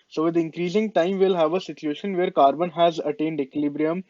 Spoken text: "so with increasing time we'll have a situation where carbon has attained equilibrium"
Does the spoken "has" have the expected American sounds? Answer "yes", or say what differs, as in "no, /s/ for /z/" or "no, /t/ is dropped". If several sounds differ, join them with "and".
yes